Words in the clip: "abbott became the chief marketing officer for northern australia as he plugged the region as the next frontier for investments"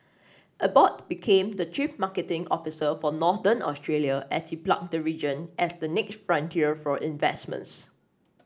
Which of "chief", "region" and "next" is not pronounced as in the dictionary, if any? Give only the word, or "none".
chief